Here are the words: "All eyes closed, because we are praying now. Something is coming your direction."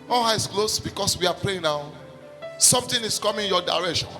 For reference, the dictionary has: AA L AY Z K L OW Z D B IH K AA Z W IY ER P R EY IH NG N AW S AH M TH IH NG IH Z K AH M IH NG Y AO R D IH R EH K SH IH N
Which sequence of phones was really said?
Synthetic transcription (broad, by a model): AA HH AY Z K L OW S B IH K AA S W IY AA P R EY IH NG N AW S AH M T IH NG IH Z K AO M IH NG Y AO D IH R EH K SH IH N